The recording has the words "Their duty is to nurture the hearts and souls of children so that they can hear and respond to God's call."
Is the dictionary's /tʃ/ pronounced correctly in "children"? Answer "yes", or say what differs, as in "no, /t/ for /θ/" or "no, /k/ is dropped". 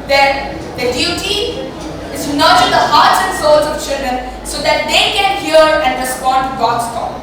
yes